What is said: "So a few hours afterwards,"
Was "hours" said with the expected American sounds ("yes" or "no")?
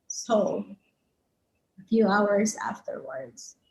yes